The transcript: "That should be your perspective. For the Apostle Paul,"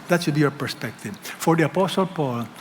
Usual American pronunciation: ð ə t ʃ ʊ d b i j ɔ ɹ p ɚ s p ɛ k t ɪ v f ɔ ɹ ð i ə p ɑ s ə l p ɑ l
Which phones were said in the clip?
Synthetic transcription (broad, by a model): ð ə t s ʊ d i j ɔ ɹ p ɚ s p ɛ k t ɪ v f ɔ ɹ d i ə p ɑ s ə l p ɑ l